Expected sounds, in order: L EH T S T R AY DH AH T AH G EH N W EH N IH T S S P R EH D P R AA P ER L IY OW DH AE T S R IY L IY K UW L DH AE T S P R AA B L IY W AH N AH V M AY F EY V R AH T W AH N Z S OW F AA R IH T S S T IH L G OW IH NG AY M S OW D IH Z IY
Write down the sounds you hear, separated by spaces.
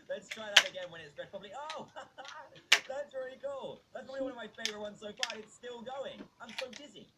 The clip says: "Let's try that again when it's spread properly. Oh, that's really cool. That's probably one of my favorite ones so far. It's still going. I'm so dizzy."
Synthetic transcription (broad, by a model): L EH T S T R AY DH AH T AH G EH N W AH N IH T S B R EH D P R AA B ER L IY OW DH AE T S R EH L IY K UW L DH AE T S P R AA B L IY W AH N AH V M AY F EY V R AH T W AH N Z S OW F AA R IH T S S T IH L G OW IH NG AY M S OW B IH Z IY